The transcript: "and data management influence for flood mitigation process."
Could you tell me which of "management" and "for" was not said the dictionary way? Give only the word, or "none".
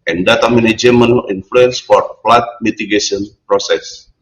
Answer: management